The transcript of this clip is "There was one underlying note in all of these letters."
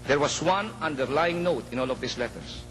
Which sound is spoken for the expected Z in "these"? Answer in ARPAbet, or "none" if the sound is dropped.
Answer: S